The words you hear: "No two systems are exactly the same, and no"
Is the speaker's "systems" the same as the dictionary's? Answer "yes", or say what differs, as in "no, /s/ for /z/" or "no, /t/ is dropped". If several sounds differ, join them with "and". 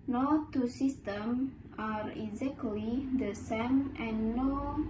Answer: no, /z/ is dropped